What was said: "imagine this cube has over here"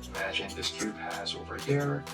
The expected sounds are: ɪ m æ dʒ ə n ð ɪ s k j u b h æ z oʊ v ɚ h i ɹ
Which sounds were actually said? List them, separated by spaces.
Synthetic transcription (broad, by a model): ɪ m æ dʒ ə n ð ɪ s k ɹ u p h æ z oʊ v ɚ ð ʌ ɹ